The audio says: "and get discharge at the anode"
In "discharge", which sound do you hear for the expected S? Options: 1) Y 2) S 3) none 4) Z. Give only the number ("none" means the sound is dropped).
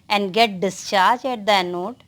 2